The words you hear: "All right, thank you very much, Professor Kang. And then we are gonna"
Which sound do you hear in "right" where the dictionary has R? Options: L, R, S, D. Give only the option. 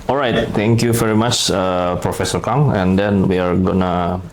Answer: R